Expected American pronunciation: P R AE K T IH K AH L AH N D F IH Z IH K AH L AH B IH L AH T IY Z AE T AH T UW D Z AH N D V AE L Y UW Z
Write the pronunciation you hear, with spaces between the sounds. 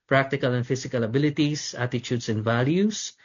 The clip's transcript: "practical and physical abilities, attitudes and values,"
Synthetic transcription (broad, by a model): P R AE K T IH K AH L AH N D F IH S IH K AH L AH B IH L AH T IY S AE T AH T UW D S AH N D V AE L Y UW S